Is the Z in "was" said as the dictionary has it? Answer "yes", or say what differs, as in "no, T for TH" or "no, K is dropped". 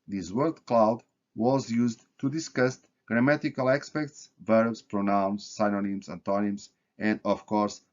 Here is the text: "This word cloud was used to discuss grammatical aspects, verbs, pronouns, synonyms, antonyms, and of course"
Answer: yes